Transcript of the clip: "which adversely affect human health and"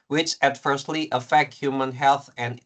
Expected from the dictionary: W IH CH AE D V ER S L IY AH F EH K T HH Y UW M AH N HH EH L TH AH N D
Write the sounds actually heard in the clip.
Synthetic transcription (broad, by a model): W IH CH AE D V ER S L IY AH F EH K T HH Y UW M AH N HH EH L TH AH N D